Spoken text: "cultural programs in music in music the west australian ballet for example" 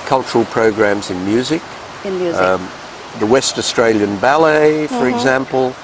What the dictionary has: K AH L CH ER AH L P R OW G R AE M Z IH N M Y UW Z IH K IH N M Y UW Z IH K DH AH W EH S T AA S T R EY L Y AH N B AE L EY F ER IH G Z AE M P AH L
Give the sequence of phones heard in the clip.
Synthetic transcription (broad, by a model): K AH L CH ER L P R OW G R AE M Z IH N M Y UW Z IH K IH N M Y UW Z DH AH W EH S T AA S T R EY L Y AH N B AE L EY F ER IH G Z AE M P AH L